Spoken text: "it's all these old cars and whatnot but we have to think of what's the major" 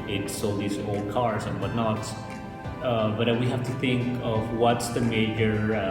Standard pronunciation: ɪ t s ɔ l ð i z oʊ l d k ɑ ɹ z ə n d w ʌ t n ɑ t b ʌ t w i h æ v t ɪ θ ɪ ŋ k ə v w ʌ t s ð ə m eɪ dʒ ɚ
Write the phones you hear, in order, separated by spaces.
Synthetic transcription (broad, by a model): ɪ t s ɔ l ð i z oʊ l d k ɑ ɹ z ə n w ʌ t n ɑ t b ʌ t w i h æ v t ɪ θ ɪ ŋ k ə v w ʌ t s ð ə m eɪ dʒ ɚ